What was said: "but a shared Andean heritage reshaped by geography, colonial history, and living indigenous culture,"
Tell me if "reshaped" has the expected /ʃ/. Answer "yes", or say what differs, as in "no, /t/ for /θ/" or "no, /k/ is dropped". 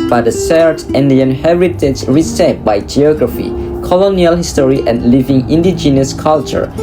no, /s/ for /ʃ/